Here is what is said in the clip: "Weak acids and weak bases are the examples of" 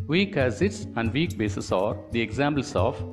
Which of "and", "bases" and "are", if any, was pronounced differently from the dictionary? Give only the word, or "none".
bases